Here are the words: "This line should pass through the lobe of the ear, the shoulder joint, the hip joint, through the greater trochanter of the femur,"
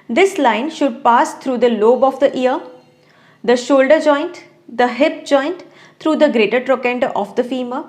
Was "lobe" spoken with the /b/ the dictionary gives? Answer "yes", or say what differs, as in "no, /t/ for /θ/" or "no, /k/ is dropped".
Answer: yes